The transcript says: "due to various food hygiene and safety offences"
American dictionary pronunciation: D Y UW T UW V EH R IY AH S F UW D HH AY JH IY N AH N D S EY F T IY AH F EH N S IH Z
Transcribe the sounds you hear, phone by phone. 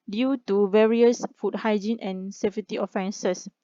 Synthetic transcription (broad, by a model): D Y UW T UW V EH R IY AH S F UW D HH AY JH IY N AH N S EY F T IY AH F EH N S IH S